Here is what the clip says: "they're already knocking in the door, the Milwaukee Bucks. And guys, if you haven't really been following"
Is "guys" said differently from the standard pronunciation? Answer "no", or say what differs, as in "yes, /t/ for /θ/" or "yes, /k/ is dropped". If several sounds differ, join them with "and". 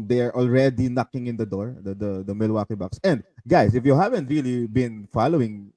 yes, /s/ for /z/